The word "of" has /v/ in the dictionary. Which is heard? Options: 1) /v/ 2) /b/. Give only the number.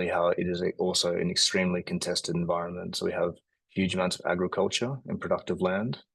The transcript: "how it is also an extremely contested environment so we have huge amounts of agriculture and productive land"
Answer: 1